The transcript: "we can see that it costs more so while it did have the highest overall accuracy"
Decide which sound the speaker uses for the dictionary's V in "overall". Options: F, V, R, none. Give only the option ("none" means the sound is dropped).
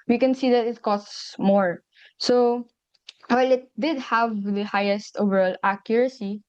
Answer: V